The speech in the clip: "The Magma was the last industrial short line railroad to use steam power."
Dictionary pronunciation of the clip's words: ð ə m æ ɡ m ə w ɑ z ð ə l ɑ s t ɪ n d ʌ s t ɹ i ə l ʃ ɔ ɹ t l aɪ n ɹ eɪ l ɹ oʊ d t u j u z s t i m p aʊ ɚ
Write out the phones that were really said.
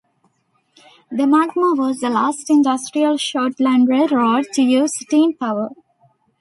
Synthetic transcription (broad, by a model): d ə m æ ɡ m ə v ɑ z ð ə l ɑ s t ɪ n d ʌ s t ɹ i ə l ʃ ɔ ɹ t l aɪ n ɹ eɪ ɹ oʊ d t u j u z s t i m p aʊ ɚ